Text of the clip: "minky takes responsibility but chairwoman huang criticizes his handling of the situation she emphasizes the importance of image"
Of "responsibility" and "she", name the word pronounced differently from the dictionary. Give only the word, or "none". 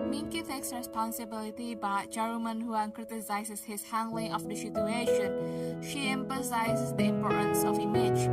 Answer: none